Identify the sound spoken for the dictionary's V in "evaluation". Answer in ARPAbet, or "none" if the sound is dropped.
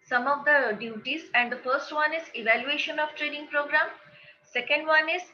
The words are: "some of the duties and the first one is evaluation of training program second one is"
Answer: V